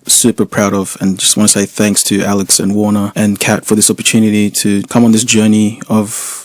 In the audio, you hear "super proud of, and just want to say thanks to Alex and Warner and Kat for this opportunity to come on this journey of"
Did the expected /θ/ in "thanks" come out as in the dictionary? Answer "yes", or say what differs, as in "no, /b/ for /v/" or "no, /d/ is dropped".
yes